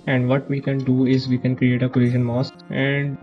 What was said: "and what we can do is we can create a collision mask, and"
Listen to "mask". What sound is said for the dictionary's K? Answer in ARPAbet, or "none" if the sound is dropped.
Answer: none